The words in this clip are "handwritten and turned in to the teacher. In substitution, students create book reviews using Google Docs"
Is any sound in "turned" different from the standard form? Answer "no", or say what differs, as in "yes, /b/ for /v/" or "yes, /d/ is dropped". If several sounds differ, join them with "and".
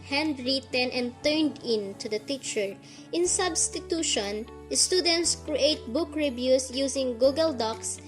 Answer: no